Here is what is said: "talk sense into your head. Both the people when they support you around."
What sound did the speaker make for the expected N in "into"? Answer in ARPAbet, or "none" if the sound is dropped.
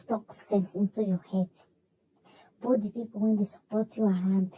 N